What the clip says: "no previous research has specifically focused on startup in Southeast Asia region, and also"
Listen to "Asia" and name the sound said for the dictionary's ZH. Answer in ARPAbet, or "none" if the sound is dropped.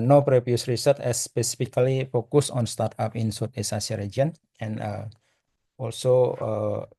S